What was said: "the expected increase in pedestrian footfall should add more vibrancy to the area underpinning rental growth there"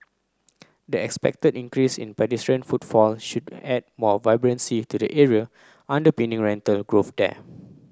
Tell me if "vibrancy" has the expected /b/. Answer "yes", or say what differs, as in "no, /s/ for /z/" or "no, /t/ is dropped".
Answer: yes